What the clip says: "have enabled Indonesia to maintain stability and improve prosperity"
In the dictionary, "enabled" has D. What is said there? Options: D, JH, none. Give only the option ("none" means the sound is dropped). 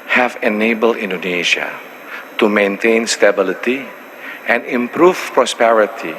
none